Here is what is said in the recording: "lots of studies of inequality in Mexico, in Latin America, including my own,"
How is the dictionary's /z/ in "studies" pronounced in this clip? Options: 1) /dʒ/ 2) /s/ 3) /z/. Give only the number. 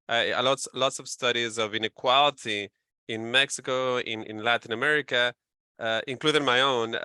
3